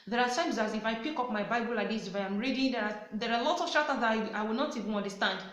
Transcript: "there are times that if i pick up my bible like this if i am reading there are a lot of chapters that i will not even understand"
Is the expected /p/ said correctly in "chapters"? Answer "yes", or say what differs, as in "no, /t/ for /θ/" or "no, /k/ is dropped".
no, /p/ is dropped